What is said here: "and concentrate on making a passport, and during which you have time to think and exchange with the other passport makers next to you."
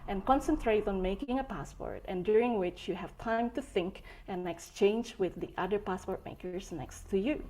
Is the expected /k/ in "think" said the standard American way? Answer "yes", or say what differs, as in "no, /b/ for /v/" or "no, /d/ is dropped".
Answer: yes